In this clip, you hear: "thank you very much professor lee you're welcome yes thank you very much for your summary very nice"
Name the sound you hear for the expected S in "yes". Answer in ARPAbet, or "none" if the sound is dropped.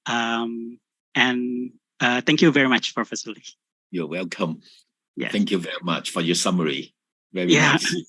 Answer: TH